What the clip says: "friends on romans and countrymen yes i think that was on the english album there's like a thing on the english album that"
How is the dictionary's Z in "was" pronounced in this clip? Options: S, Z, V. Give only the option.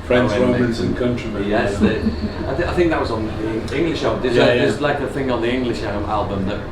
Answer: Z